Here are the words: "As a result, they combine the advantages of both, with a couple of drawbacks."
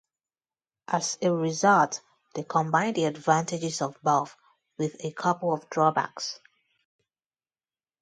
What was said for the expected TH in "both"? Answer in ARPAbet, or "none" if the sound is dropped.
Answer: F